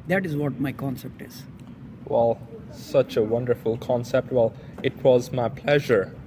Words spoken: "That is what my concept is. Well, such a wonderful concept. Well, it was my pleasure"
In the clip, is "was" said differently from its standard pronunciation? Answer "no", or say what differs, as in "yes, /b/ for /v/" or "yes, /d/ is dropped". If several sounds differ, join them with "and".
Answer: no